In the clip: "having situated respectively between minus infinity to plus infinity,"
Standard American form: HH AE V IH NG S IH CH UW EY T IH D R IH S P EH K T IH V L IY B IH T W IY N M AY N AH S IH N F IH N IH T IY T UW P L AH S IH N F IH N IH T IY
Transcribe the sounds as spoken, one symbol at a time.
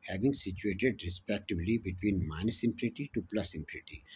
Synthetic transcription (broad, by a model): HH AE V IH NG S IH CH UW EY T IH D R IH S P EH K T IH B L IY B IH T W IY N M AY N AH S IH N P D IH T IY T UW P L AH S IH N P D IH T IY